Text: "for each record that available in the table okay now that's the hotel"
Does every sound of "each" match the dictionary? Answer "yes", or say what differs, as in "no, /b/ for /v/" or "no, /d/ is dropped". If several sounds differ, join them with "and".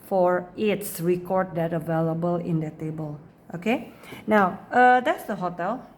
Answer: no, /s/ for /tʃ/